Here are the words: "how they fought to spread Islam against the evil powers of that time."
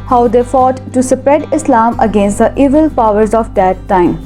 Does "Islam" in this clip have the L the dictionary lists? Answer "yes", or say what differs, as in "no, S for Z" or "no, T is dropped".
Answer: yes